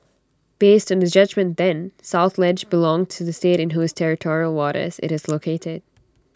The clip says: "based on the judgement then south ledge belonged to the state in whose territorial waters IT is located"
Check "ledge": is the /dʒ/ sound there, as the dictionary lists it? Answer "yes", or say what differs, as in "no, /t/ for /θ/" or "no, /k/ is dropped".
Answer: yes